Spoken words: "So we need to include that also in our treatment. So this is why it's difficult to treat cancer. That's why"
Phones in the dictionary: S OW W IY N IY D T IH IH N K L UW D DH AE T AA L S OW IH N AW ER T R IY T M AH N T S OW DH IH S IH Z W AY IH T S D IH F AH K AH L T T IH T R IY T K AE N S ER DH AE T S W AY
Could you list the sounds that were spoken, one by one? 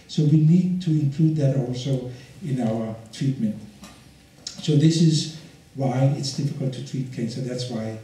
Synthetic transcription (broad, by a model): S OW W IY N IY D T IH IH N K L UW D DH AE T AA L S OW IH N AW ER T R IY T M AH N T S OW DH IH S IH Z W AY IH T S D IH F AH K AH L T T IH T R IY T K AE N S ER DH AE T S W AY